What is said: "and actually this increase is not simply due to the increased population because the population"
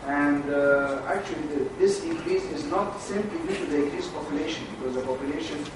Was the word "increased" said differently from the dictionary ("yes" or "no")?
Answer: yes